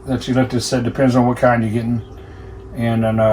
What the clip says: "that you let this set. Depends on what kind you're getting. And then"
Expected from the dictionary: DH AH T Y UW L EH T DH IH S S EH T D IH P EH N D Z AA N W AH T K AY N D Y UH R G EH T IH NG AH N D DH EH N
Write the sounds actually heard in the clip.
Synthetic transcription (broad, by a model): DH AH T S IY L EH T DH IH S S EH D IH P EH N D Z N W AH T K AY N D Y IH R G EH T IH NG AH N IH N